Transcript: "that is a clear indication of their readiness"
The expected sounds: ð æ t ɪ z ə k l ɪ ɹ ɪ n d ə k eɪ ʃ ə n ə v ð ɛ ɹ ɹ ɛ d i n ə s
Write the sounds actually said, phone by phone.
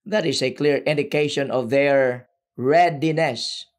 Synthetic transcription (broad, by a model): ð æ t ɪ s ə k l ɪ ɹ ɪ n d ə k eɪ ʃ ə n ə v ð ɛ ɹ ɹ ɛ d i n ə s